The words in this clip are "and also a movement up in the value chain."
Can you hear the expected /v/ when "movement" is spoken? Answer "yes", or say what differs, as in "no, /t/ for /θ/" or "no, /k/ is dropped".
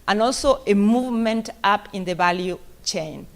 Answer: yes